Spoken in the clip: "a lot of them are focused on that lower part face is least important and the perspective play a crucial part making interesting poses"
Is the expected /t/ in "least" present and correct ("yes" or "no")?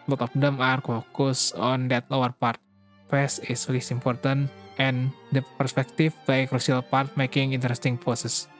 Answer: no